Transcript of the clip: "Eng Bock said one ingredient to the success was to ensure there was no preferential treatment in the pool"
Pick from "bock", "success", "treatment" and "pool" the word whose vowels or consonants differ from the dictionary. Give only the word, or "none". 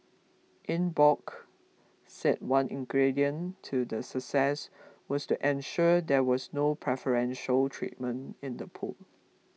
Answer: none